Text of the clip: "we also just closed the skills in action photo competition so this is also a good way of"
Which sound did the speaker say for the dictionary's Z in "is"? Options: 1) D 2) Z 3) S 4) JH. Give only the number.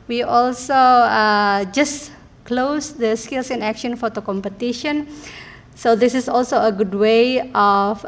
3